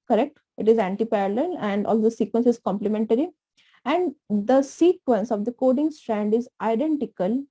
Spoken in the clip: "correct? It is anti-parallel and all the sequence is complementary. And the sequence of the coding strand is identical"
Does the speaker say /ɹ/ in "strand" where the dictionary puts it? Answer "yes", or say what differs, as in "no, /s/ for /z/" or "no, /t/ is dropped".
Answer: yes